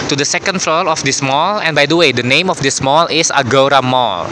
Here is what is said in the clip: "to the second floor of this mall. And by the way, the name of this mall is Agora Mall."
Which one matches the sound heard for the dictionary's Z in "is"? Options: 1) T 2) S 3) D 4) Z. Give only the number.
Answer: 2